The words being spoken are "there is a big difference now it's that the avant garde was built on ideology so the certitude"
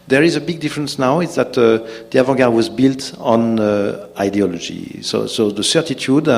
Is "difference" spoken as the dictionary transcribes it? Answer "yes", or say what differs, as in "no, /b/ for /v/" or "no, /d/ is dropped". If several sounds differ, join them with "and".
yes